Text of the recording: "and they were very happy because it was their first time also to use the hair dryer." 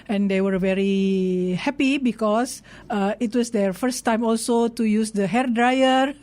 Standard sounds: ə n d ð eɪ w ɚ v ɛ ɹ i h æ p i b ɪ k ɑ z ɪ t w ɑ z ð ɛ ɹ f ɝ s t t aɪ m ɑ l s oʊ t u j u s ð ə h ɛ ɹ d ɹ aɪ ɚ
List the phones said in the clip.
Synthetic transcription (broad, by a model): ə n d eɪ w ɚ v ɛ ɹ i h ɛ p i b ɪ k ɑ s ɪ t w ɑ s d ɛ ɹ f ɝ s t t aɪ m ɑ l s oʊ t u j u s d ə h ɛ ɹ d ɹ aɪ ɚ